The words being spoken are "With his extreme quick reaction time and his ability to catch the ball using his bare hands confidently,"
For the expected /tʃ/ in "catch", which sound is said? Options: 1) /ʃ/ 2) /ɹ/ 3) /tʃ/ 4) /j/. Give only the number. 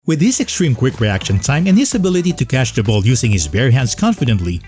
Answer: 1